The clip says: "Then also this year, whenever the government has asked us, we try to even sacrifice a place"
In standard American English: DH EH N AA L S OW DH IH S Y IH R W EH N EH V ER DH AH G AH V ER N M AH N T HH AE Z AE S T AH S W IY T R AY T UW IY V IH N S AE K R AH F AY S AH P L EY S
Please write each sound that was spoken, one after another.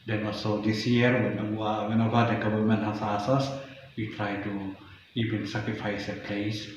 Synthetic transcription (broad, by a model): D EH N AA L S OW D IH S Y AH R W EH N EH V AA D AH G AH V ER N M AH N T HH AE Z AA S AH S W IY T R AY T UW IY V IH N S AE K R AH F AY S AH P L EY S